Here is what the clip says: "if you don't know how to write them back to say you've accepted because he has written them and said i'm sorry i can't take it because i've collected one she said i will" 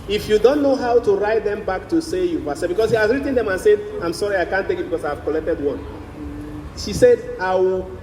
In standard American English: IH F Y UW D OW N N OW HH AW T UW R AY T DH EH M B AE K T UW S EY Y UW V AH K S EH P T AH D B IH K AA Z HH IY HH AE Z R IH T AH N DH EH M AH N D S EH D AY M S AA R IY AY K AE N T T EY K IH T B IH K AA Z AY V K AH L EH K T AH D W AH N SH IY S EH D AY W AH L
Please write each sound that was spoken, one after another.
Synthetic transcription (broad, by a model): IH F Y UW D OW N N OW HH AW T UW R AY T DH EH M B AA K T UW S EY Y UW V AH S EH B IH K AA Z HH IY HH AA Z R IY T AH N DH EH M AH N S EH D AY M S AA R IY AY K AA N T T EY K IH T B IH K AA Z AY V K AH L EH K T AH D W AH N SH IY S EH D AY W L